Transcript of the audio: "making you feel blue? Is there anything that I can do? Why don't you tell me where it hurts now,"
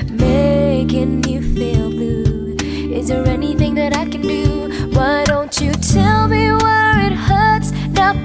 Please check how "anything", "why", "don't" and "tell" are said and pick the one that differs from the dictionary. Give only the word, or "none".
none